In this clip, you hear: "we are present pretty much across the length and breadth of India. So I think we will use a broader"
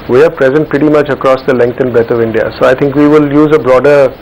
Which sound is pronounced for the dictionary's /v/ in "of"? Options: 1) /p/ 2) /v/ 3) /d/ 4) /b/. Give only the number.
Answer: 2